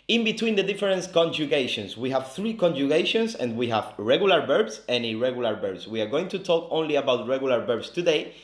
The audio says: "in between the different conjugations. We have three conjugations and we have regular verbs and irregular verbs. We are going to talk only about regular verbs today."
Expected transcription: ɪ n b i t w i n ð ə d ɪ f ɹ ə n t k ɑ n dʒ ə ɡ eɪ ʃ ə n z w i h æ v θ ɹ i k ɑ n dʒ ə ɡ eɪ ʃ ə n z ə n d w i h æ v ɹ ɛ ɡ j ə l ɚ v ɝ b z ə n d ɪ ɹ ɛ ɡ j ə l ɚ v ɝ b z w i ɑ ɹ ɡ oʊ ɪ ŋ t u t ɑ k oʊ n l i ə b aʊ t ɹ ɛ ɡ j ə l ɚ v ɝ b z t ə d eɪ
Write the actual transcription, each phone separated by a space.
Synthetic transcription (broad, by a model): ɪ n b i t w i n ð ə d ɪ f ɹ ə n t k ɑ n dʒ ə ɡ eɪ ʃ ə n s w i h æ v θ ɹ i k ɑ n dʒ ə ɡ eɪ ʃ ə n s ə n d w i h æ v ɹ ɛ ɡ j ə l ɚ b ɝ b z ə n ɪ ɹ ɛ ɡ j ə l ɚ b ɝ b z w i ɑ ɹ ɡ oʊ ɪ ŋ t u t ɑ k oʊ n l i ə b aʊ t ɹ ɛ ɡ j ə l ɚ b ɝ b s t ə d eɪ